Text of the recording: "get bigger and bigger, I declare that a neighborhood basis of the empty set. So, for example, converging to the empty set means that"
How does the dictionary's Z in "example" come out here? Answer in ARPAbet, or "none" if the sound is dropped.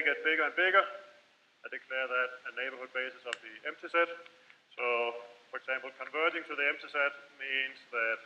S